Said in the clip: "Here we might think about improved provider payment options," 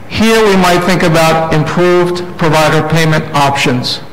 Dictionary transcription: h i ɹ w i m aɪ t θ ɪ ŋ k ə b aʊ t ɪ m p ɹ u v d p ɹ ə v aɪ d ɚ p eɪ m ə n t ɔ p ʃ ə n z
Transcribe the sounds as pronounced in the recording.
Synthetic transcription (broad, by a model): h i ɹ w i m aɪ t θ ɪ ŋ k ə b aʊ t ɪ m p ɹ u v d p ɹ ə v aɪ d ɚ p eɪ m ə n t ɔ p ʃ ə n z